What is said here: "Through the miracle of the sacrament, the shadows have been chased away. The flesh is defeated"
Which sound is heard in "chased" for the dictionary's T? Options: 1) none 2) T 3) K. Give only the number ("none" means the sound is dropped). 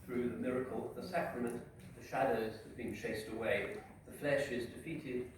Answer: 2